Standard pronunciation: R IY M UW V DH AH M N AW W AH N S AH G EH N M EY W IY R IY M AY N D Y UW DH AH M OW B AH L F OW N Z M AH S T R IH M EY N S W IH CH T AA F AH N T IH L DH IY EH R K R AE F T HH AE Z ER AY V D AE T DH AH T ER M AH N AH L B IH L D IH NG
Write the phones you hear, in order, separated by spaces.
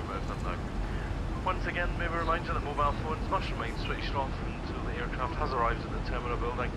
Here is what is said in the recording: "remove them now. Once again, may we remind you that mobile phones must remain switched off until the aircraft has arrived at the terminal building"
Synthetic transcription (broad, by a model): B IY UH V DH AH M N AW W AH N S AH G EH N M EY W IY R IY M AY N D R DH AH M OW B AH L F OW N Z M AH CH R IH M EY N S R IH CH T AA F AH N T IH L DH IY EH R K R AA F T HH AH Z ER AY V D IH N DH AH T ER M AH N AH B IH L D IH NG